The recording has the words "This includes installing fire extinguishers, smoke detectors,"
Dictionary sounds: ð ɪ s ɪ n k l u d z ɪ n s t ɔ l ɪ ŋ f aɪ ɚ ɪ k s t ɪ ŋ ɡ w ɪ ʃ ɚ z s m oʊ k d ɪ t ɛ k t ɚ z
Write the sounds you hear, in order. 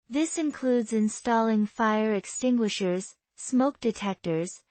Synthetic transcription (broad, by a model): ð ɪ s ɪ n k l u d z ɪ n s t ɔ l ɪ ŋ f aɪ ɚ ɪ k s t ɪ ŋ ɡ w ɪ ʃ ɚ z s m oʊ k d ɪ t ɛ k t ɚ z